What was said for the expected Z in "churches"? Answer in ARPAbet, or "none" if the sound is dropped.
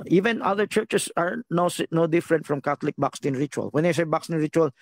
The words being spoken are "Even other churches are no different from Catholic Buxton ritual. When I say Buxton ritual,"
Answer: S